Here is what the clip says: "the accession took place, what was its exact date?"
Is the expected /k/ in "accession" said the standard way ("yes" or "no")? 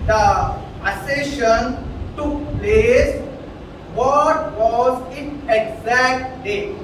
no